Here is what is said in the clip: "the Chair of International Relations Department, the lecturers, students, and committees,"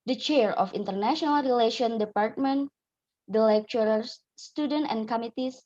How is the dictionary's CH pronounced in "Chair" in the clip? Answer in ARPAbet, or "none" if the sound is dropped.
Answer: CH